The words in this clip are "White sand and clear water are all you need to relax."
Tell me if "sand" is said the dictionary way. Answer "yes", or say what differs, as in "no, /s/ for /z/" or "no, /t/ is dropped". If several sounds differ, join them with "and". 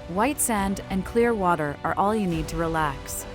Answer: yes